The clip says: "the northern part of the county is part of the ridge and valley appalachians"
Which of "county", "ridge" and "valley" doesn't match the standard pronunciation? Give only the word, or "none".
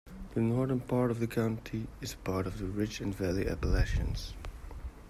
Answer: ridge